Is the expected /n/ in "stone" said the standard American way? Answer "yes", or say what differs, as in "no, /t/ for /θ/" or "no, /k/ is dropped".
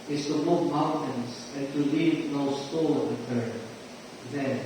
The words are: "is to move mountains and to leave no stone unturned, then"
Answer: no, /l/ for /n/